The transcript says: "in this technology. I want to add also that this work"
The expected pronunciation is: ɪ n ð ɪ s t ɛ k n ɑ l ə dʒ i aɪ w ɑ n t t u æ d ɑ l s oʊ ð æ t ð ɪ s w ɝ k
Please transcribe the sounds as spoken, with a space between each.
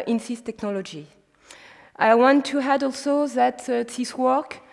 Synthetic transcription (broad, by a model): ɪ n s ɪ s t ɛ k n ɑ l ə dʒ i aɪ w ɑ n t t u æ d ɑ l s oʊ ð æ t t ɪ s w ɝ k